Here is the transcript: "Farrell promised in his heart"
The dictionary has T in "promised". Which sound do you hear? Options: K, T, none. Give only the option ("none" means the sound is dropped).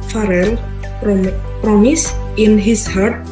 none